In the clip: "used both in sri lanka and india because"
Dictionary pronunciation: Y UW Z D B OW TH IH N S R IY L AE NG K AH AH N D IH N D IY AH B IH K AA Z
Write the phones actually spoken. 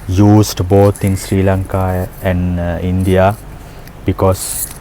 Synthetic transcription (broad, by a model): Y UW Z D B OW T IH N S R IY L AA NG K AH AH N D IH N D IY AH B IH K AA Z